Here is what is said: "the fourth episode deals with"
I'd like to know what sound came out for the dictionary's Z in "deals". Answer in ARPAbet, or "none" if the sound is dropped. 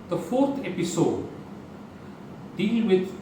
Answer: none